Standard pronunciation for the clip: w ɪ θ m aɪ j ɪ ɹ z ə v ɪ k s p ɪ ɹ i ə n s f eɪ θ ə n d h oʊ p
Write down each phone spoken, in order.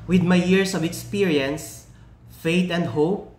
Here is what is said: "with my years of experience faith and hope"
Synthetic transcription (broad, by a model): w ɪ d m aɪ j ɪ ɹ s ə v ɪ k s p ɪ ɹ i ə n s f eɪ t ə n d h oʊ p